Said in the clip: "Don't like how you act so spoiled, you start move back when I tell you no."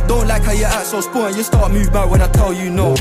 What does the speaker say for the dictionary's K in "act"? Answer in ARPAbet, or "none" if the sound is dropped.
none